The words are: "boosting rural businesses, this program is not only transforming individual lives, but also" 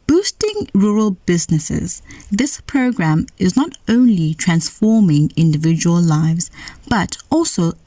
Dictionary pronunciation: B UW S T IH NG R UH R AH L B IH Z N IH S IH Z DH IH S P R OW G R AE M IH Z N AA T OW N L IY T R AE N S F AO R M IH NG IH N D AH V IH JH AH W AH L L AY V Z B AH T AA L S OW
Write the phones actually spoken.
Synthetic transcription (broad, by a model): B UW S T IH NG R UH R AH L B IH Z N IH S IH Z DH IH S P R OW G R AE M IH Z N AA T OW N L IY T R AE N S F AO R M IH NG IH N D AH V IH JH AH W AH L L AY V Z B AH T AA L S OW